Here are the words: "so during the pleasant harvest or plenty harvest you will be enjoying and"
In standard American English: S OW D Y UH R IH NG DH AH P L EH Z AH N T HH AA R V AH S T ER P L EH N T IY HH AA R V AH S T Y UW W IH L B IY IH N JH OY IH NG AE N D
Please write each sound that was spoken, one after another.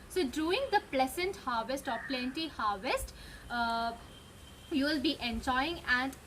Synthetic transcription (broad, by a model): S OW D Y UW IH NG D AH P L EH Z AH N T HH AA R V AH S T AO P L EH N T IY HH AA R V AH S T Y UW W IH L B IY IH N JH OY IH NG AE N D